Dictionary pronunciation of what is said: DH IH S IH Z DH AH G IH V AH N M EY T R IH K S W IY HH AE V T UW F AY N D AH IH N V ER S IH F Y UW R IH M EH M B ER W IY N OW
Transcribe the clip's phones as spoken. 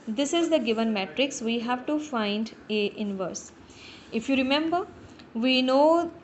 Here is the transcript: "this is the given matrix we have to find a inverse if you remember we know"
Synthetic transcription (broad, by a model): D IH S IH Z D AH G IH V AH N M EY T R IH K S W IY HH AE V T UW F AY N D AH IH N V ER S IH F Y UW R IH M EH M B ER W IY N OW